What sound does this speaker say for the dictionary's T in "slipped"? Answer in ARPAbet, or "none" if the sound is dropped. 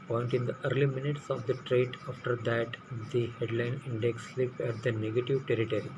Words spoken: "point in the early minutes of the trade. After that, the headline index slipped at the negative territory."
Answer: none